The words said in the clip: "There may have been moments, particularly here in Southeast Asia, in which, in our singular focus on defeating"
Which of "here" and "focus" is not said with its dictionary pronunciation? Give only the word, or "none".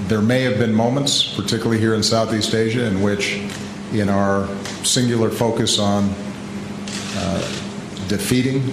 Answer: none